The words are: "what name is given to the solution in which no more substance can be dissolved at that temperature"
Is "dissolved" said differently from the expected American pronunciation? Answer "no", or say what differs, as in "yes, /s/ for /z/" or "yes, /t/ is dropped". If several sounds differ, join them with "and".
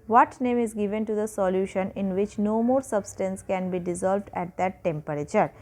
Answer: no